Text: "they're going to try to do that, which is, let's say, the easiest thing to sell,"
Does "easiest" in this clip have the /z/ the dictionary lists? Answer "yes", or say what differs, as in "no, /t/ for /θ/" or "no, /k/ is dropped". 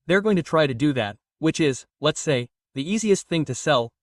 yes